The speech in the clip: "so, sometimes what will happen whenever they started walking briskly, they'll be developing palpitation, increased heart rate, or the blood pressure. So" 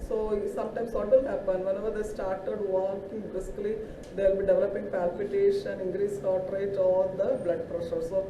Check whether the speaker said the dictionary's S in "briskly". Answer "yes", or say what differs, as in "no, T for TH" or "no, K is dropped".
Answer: no, S is dropped